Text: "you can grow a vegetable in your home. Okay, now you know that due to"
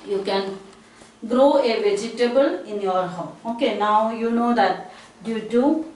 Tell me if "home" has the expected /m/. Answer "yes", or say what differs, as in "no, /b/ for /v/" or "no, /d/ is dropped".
no, /m/ is dropped